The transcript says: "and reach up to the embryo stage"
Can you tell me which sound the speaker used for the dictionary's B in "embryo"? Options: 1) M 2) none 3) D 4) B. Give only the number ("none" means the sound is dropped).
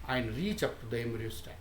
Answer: 2